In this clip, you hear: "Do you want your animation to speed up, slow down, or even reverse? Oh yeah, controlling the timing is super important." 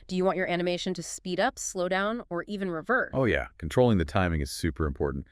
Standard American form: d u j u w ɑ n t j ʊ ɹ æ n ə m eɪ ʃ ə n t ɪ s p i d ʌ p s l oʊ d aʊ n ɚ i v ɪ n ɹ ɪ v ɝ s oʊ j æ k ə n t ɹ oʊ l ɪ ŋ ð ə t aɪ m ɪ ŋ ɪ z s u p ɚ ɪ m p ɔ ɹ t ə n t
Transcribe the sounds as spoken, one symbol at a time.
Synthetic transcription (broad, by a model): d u j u w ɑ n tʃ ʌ ɹ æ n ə m eɪ ʃ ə n t ɪ s p i d ʌ p s l oʊ d aʊ n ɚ i v ɪ n ɹ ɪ v ɝ oʊ j æ k n t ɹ oʊ l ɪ ŋ ð ə t aɪ m ɪ ŋ ɪ z s u p ɚ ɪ m p ɔ ɹ t n t